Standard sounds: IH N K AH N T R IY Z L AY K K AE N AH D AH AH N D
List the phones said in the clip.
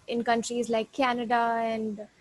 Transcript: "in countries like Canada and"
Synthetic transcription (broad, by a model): IH N K AH N T R IY Z L AY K K AE N AH D AH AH N D